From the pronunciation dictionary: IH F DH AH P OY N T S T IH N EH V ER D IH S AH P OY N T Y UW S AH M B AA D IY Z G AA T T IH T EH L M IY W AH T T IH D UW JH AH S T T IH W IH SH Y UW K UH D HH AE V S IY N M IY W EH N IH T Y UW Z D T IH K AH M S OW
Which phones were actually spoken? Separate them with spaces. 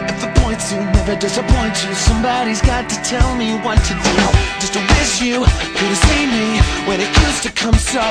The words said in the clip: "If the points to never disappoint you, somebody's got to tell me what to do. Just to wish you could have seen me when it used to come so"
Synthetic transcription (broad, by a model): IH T DH AH P OY N T S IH N EH V ER D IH S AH P OY N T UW S AH M B AA D IY Z G AA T T IH T EH L M IY W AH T T IH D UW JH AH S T T IH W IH S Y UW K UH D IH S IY M IY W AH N IH T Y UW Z T IH K AH M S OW